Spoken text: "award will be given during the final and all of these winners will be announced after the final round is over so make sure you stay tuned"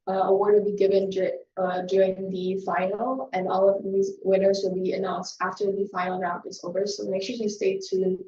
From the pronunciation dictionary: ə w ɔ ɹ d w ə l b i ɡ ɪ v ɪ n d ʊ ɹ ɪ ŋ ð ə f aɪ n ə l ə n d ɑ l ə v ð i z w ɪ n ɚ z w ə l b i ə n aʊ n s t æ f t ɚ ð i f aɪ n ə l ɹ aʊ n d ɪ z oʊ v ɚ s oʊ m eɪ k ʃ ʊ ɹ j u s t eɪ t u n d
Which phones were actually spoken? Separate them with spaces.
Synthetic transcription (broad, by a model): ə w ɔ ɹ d w ə l b i ɡ ɪ v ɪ n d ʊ ɹ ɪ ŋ ð ə f aɪ n l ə n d ɑ l ə v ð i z w ɪ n ɚ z w ə l b i ə n aʊ n s t æ f t ɚ ð i f aɪ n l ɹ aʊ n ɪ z oʊ v ɚ s oʊ m eɪ k ʃ ʊ ɹ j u s t eɪ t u